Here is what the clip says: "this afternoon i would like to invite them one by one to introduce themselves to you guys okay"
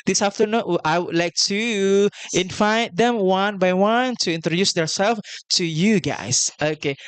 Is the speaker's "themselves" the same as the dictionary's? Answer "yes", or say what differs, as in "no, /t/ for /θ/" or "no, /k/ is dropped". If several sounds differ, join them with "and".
no, /m/ is dropped